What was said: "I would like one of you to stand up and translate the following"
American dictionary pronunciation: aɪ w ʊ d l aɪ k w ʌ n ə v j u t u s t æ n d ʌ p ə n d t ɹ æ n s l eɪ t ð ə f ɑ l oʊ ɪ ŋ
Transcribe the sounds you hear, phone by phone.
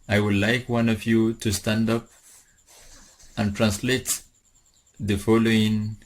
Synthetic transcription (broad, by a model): aɪ w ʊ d l aɪ k w ʌ n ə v j u t u s t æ n d ʌ p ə n t ɹ æ n s l eɪ t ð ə f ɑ l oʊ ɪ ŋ